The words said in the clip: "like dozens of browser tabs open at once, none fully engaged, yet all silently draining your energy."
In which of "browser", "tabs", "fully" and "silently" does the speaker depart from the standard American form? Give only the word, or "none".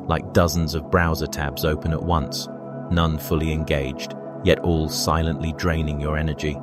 none